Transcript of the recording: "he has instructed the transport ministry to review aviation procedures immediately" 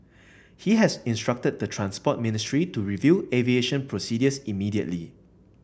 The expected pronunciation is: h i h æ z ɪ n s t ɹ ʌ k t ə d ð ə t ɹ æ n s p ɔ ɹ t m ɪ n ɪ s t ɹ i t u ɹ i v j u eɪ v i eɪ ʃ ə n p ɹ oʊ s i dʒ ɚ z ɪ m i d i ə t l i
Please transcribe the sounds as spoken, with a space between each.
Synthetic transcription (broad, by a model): h i h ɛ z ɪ n s t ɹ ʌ k t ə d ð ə t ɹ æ n s p ɔ t m ɪ n ɪ s t ɹ i t u ɹ i v j u eɪ v i eɪ ʃ ə n p ɹ oʊ s i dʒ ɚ s ɪ m i d i ə t l i